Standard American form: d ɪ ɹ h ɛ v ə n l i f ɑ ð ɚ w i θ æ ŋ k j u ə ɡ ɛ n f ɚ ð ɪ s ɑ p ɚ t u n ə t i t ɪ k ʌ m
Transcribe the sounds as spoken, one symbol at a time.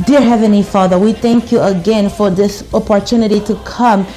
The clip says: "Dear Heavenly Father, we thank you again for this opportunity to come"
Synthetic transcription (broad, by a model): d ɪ ɹ h ɛ v ə n l i f ɑ ð ɚ w i θ æ ŋ k j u ə ɡ ɛ n f ɚ ð ɪ s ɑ p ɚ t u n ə t i t ɪ k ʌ m